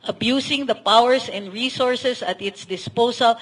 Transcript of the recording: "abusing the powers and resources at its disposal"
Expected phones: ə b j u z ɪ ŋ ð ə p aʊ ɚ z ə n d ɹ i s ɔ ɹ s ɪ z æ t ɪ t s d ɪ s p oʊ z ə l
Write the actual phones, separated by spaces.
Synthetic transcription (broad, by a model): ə b j u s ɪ ŋ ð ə p aʊ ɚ s ə n d ɹ i s ɔ ɹ s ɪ s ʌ t ɪ t s d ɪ s p oʊ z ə l